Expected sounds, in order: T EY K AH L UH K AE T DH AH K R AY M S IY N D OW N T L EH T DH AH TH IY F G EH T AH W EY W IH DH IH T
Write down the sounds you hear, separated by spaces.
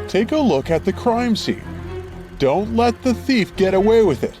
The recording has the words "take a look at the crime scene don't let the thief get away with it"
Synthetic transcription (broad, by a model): T EY K AH L UH K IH T DH AH K R AY M S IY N D OW N T L EH T DH AH TH IY F G EH T AH W EY W IH DH IH T